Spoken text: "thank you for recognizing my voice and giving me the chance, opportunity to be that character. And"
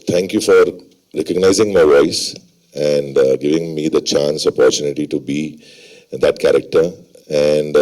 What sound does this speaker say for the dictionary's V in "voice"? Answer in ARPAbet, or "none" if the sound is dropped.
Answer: V